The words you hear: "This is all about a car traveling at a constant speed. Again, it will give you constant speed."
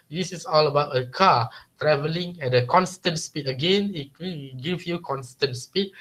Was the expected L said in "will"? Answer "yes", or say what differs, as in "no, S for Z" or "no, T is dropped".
no, N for L